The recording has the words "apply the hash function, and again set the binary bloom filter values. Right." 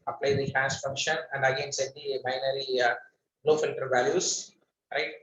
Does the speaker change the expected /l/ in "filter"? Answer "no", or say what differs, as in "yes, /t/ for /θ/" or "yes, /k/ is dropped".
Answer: yes, /n/ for /l/